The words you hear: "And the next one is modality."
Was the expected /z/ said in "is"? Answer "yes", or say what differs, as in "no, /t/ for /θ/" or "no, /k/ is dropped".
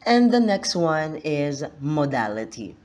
yes